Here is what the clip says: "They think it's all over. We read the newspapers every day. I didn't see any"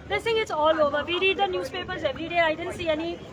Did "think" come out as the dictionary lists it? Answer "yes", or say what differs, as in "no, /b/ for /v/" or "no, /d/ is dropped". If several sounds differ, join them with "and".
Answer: no, /s/ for /θ/ and /k/ is dropped